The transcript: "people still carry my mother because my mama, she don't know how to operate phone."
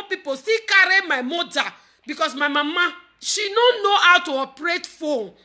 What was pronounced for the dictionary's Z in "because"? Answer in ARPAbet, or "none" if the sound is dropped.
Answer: S